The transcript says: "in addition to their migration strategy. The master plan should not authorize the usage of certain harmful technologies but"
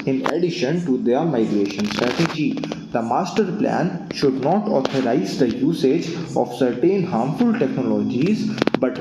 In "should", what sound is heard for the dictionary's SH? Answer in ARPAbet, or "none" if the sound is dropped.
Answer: SH